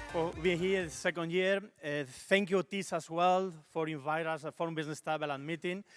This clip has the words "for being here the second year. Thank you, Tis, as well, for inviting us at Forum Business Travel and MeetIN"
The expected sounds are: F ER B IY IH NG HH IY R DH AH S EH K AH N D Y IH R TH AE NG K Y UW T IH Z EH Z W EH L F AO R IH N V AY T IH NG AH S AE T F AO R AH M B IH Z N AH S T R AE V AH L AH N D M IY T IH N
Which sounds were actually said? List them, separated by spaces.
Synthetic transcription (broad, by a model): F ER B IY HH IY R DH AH S EH K AH N D Y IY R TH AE NG K Y UW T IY S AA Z W EH L F AO R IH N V AY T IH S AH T F AO R AH M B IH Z N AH S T EH B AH L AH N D M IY T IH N